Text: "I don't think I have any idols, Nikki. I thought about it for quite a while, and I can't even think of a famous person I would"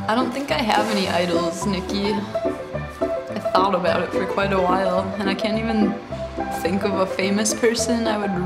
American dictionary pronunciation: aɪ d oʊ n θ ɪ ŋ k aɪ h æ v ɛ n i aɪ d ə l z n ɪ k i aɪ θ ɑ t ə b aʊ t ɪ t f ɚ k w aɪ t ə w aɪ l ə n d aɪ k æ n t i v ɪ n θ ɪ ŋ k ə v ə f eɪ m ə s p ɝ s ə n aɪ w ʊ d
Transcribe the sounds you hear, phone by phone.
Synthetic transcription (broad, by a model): aɪ d oʊ n θ ɪ ŋ k aɪ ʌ v ɛ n i aɪ d l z n ɪ k i aɪ θ ɑ t ə b aʊ t ɪ t f ɚ k w aɪ t ə w aɪ l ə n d aɪ k æ n t i v ɪ n θ ɪ ŋ k ə v ə f eɪ m ə s p ɝ s ə n aɪ w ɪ d